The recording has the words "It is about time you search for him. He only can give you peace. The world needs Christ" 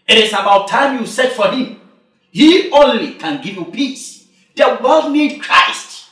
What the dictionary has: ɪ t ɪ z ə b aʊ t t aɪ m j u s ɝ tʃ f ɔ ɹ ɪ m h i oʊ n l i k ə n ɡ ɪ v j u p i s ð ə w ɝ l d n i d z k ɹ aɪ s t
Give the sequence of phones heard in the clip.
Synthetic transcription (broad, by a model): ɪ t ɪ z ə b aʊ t t aɪ m j u s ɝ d f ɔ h ɪ m h i oʊ n l i k ə n ɡ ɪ v j u p i s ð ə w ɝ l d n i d k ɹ aɪ s t